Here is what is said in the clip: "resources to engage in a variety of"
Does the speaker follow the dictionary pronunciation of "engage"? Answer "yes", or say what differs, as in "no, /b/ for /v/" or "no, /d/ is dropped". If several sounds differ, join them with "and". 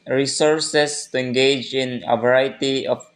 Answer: yes